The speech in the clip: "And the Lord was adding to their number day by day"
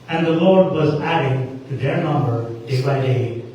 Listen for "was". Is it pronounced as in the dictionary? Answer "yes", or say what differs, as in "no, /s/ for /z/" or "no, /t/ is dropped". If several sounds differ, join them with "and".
yes